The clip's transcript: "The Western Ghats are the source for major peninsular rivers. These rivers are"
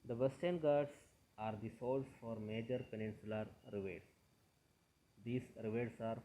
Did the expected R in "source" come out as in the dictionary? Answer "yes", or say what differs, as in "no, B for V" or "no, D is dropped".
no, L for R